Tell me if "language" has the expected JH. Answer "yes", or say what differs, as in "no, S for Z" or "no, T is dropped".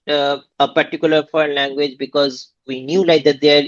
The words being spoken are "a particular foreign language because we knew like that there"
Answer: yes